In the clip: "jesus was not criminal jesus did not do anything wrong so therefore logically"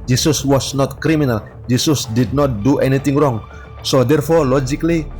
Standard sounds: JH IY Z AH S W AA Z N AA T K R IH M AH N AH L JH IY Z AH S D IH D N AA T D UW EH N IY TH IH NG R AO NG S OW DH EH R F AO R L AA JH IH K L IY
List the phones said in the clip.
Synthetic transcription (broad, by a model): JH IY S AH S W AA S N AA T K R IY M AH N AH L JH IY S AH S D IH D N AA T D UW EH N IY T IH NG R AO NG S OW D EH R F AO R L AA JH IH K L IY